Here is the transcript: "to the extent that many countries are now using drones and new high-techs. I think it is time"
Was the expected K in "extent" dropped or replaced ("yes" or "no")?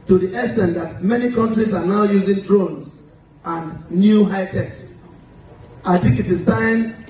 yes